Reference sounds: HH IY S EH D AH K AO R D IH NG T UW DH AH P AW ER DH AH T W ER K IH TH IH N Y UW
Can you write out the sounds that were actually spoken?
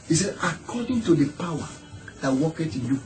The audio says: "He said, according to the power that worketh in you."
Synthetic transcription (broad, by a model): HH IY S EH D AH K AO D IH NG T UW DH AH P AW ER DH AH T W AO K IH T IH N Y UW